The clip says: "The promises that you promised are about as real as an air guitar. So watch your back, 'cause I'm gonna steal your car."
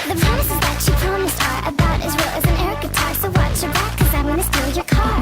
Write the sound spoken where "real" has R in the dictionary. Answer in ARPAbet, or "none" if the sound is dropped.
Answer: W